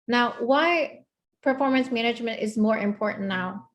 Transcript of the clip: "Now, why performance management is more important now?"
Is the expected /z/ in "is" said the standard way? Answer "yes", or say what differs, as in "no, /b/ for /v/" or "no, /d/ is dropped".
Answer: yes